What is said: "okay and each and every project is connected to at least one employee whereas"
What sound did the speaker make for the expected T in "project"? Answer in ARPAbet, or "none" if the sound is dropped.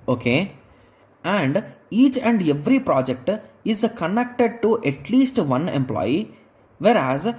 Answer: T